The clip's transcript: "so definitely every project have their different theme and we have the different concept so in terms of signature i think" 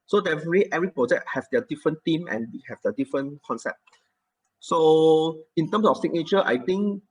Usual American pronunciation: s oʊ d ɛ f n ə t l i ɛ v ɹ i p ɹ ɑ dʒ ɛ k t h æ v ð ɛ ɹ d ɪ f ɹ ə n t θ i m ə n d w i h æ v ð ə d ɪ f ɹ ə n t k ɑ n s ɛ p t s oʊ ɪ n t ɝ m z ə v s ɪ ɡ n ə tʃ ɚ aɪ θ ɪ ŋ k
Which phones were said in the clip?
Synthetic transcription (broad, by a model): s oʊ d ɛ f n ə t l i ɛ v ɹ i p ɹ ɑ dʒ ɛ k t h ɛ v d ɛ d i f ɹ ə n t i m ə n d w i h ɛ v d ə d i f ɹ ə n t k ɑ n s ɛ p t s oʊ ɪ n t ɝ m s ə f s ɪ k n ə tʃ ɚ aɪ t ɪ ŋ k